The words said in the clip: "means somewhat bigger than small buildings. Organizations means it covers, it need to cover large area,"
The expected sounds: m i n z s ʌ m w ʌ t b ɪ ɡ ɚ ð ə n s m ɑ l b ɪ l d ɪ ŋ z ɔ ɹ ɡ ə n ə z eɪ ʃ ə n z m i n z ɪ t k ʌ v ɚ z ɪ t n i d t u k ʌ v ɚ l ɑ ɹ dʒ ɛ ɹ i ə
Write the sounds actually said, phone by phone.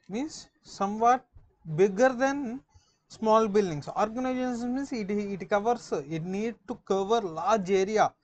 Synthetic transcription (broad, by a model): m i n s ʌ m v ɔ t b ɪ ɡ ɚ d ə n s m ɑ l b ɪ l d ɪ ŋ s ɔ ɹ ɡ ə n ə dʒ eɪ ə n s m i n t ɪ t k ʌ v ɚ s ɪ t n i d t u k ʌ v ɚ l ɑ ɹ dʒ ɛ ɹ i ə